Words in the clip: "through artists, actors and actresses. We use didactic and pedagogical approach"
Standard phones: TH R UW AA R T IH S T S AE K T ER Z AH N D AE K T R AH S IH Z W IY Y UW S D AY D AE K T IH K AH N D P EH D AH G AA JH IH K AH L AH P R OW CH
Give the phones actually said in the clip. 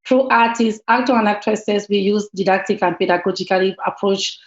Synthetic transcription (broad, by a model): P R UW AA T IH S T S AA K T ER AH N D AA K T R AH S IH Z W IY Y UW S D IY D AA K T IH K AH N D P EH D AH G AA JH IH K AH L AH P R OW CH